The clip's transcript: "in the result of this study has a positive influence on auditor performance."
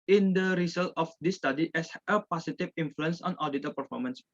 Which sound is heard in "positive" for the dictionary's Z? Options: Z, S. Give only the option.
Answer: S